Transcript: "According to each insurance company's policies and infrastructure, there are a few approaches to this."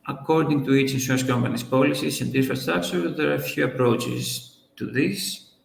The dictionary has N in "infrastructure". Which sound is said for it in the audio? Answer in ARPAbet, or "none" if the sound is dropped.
none